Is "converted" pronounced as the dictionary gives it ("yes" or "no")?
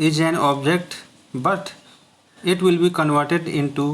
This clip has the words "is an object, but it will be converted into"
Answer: yes